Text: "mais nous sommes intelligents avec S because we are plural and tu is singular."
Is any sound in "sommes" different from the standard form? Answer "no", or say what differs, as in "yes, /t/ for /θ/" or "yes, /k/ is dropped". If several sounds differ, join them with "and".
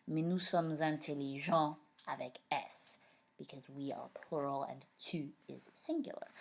no